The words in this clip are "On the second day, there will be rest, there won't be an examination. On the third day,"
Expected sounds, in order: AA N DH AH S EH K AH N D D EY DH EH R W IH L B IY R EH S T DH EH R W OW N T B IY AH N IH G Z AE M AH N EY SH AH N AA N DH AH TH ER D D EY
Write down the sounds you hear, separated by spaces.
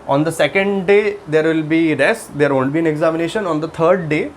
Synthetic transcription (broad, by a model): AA N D AH S EH K AH N D D EY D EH R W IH L B IY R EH S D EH R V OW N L B IY AH N IH G Z AE M AH N EY SH AH N AA N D AH T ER D D EY